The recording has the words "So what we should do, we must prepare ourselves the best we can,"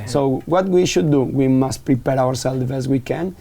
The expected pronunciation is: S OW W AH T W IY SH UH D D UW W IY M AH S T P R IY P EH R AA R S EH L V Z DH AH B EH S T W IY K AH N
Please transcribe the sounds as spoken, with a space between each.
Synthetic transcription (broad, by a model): S OW W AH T W IY SH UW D D UW W IY M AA S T P R IY P EH R AA R S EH L Z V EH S W IY K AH N